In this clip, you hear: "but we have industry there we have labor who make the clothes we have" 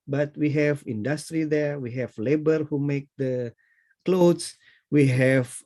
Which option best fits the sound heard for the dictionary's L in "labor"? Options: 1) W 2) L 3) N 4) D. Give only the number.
2